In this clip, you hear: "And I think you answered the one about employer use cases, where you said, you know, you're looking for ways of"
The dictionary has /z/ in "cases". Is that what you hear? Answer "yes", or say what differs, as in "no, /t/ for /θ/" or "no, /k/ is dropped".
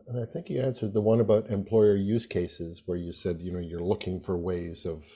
yes